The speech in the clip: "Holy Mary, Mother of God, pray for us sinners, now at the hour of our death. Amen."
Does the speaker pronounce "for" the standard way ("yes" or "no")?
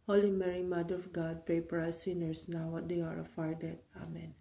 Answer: no